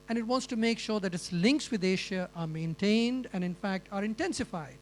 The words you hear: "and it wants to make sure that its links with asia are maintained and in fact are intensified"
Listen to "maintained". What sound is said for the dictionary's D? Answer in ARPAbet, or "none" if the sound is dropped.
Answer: D